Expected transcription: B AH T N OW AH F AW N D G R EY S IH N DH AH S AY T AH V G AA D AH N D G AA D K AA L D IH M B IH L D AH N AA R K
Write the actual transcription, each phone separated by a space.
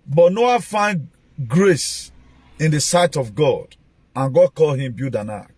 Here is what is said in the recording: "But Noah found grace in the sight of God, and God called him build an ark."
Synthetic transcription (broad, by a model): B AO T N OW AH F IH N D G R EY S IH N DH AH S AY T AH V G AA D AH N G AA D K AA L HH IH M B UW D AH N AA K